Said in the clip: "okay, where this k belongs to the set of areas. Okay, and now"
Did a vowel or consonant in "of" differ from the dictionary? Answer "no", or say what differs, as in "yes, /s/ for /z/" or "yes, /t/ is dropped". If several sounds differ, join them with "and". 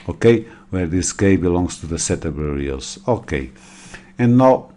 yes, /b/ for /v/